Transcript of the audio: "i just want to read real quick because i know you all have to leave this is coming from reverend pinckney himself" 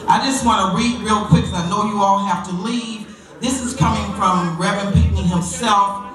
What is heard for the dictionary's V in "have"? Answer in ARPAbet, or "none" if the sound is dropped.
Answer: F